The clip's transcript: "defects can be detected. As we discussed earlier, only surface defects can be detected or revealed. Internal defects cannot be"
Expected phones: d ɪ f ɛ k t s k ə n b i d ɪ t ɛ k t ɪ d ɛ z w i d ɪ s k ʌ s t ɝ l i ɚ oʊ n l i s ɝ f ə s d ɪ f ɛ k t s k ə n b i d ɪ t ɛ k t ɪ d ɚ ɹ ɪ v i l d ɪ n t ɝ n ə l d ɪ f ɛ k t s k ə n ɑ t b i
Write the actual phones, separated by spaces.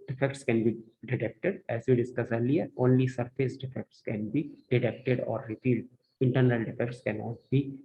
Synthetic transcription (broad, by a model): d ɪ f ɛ k t s k ə n b i d ɪ t ɛ k t ɪ d ɛ z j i d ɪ s k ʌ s ɝ l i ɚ oʊ n l i s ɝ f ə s d ɪ f ɛ k t s k ə n b i d ɪ t ɛ k t ɪ d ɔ ɹ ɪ p i l d ɪ n t ɝ n ə l d ɪ f ɛ k t s k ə n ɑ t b i